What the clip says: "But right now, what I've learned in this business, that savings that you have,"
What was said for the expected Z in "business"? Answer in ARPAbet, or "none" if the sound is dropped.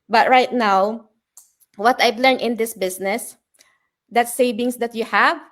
S